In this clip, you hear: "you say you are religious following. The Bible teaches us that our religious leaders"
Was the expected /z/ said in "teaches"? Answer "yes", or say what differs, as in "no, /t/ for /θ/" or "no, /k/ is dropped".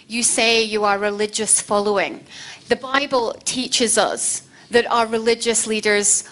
yes